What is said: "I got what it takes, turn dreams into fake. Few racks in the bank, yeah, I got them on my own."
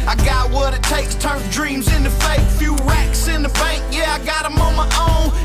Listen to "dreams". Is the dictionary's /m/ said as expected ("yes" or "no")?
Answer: yes